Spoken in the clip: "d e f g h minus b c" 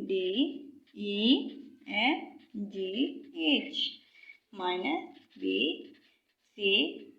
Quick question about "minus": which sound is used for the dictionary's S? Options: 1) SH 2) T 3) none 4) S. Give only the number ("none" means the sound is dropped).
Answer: 3